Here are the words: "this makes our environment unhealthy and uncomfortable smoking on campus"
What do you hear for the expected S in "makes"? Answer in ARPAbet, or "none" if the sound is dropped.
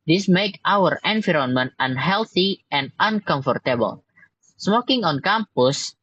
none